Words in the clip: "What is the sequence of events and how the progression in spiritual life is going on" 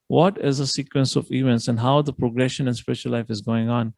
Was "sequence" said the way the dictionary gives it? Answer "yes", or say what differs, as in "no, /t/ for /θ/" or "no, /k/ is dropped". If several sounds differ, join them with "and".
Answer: yes